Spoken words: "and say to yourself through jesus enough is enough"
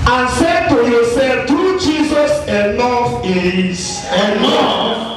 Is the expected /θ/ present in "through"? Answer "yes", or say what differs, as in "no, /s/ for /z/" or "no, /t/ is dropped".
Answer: no, /t/ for /θ/